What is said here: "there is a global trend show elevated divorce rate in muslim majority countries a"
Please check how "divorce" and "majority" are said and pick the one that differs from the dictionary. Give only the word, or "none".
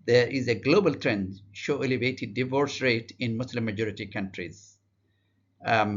none